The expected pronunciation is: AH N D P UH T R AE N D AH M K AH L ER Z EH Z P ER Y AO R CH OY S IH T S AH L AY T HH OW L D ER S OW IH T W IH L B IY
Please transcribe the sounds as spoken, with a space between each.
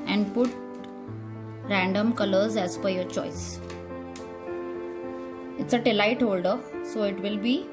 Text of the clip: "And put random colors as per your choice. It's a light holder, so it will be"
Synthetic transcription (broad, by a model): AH N D P UH T R AE N D AH M K AH L ER Z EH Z F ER Y AO R CH OY S IH T S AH L AY T HH OW L D ER S OW IH T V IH L B IY